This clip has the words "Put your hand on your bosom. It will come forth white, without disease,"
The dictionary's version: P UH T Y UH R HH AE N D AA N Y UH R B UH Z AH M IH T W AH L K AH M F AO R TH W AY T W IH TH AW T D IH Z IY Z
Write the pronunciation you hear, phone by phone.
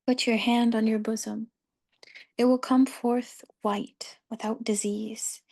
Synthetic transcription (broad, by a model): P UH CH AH R HH AE N D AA N Y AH R B UH Z AH M IH T W AH L K AH M F AO R TH W AY T W IH TH AW T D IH Z IY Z